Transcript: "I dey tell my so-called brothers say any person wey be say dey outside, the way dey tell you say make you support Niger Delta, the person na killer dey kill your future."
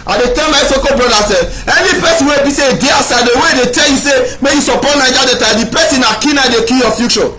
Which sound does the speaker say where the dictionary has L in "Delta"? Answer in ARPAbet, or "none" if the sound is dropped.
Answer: none